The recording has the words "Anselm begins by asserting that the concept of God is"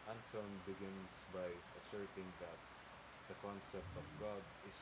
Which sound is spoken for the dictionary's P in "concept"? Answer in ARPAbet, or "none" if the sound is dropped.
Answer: P